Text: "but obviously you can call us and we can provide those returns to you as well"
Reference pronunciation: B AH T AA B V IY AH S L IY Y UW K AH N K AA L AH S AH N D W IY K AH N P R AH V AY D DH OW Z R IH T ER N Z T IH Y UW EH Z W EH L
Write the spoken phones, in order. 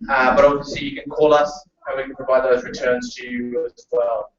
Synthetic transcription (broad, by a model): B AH T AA V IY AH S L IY Y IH K AH N K AA L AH S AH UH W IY K AH N P R AH V AY D DH OW Z R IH T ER N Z T IH Y UW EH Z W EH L